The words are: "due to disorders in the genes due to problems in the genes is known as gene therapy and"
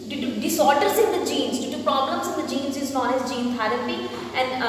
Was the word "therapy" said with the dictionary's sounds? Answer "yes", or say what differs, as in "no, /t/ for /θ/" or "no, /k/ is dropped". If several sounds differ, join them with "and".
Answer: no, /t/ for /θ/